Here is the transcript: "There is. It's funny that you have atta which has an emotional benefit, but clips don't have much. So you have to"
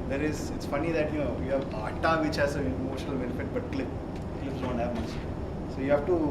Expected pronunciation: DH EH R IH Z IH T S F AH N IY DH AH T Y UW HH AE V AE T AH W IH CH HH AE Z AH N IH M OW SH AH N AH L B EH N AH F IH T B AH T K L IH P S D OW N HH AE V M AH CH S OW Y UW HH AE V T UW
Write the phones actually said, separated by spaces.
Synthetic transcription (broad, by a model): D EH R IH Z IH T S F AH N IY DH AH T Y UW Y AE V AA T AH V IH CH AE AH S IH M OW SH AH N AH L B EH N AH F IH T B AH T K L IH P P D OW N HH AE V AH S S OW Y UW HH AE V T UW